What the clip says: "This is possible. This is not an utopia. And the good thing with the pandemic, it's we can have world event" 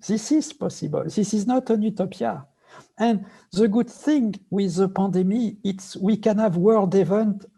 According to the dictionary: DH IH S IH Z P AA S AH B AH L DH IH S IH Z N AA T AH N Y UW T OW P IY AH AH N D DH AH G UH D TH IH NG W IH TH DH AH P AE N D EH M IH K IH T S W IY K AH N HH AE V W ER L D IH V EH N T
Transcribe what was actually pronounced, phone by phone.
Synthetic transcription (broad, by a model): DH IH S IH Z P AA S AH B AH L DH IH S IH Z N AA T AH N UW T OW P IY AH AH N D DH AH G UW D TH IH NG W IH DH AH P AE D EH M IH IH T S W IY K AH N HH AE V W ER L D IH V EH N T